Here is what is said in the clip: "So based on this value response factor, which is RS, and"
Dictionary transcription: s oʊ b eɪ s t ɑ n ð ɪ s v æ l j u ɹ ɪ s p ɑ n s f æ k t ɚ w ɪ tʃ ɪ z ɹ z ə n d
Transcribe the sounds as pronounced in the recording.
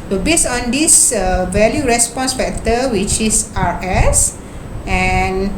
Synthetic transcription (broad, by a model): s oʊ b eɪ s ɑ n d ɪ s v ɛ l j u ɹ ɪ s p ɑ n s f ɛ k t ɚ w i tʃ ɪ s ɹ s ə n